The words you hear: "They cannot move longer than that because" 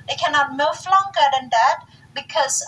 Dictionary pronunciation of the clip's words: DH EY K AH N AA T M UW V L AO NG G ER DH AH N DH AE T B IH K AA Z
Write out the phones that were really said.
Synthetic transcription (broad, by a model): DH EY K AH N AA T M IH F L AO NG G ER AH N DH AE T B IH K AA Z